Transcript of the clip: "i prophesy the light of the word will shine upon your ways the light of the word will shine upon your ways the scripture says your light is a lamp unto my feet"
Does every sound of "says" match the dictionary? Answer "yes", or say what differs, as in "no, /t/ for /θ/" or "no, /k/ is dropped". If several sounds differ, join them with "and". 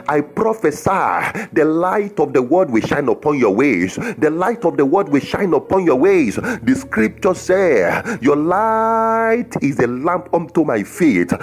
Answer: no, /z/ is dropped